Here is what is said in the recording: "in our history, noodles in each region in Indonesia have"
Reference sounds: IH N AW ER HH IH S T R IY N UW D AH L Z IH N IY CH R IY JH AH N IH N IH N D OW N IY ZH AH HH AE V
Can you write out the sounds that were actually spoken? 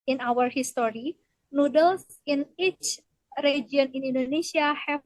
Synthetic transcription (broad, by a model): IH N AW ER HH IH S T R IY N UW D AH L S IH N IY CH R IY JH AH N IH N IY N D OW N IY S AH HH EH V